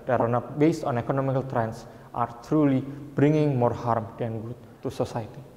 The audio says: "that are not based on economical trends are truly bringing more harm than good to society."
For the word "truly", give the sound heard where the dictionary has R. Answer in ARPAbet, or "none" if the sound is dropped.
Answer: R